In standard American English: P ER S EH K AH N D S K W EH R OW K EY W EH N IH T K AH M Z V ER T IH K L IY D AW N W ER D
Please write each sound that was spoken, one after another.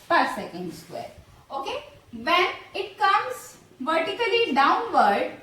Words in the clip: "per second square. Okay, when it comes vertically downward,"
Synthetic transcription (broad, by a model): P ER S EH K AH N D S K W EH R OW K EY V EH N IH T K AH M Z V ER T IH K L IY D AW N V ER D